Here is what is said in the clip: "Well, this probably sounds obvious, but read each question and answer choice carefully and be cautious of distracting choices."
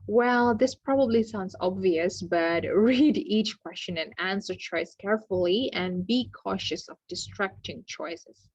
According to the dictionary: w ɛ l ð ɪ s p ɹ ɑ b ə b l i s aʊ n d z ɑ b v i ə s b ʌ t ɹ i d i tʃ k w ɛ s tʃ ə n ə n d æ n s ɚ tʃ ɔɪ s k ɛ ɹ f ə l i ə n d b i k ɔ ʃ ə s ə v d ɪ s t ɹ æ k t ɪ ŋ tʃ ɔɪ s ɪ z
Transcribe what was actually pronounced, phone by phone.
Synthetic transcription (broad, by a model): w ɛ l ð ɪ s p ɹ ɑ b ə b l i s aʊ n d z ɑ b v i ə s b ʌ t ɹ i d i tʃ k w ɛ s tʃ ə n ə n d æ n s ɚ tʃ ɔɪ s k ɛ ɹ f ə l i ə n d b i k ɔ ʃ ə s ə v d ɪ s t ɹ æ k t ɪ ŋ tʃ ɔɪ s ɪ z